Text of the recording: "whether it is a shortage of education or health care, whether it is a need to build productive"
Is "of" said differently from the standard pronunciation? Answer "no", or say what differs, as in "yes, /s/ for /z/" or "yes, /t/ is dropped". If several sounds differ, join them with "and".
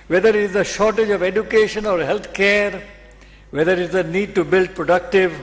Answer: no